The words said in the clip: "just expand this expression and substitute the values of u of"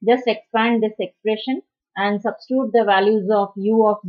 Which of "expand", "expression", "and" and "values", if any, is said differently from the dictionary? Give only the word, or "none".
none